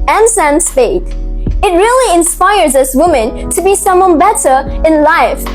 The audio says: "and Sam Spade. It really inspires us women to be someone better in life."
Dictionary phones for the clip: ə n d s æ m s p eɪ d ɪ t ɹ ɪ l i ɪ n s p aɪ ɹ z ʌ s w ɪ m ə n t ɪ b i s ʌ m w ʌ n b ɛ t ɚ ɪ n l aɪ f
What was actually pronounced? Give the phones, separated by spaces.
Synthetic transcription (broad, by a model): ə n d s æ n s f eɪ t ɪ t ɹ ɪ l i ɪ n s p aɪ ɹ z ʌ s w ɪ m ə n t ɪ b i s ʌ m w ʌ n b ɛ t ɚ ɪ n l aɪ f